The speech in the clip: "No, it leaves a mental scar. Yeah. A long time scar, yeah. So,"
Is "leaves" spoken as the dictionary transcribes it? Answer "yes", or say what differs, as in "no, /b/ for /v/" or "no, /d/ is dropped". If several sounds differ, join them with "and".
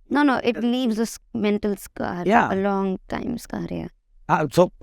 no, /n/ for /l/